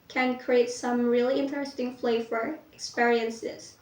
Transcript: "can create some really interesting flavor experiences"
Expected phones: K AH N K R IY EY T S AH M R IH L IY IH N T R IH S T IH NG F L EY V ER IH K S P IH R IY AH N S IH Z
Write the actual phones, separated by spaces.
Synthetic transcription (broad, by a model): K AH N K R IY EY T S AH M R IH L IY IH N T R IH S T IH NG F L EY F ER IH K S P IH R IY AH N S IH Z